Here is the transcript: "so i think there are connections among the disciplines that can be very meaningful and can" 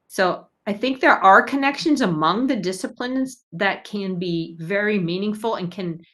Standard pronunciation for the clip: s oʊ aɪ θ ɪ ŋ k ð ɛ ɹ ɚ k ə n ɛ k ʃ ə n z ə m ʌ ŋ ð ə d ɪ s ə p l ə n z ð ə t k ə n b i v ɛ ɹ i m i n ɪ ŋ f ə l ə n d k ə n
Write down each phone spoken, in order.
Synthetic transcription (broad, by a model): s oʊ aɪ θ ɪ ŋ k ð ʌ ɹ ɚ k ə n ɛ k ʃ ə n z ə m ʌ ŋ ð ə d ɪ s ə p l ə n z ð ə t k ə n b i v ɛ ɹ i m i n ɪ ŋ f l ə n k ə n